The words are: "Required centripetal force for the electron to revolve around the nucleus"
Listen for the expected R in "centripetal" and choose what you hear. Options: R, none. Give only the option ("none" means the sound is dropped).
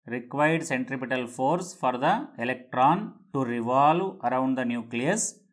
R